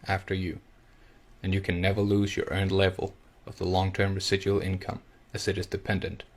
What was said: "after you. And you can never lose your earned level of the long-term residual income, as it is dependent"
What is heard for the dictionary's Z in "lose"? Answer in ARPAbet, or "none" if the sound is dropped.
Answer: Z